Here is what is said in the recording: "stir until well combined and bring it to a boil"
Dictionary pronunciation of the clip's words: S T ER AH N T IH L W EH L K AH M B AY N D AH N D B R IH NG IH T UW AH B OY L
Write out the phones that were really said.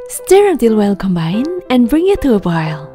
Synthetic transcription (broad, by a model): S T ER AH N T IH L W EH L K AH M B AY N AH N B R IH NG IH T UW AH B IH L